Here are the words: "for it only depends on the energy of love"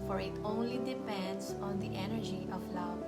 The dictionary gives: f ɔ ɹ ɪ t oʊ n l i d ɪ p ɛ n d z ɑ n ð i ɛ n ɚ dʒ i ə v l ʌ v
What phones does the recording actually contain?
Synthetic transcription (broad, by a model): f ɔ ɹ ɪ t oʊ n l i d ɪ p ɛ n d s ɑ n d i ɛ n ɚ dʒ i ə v l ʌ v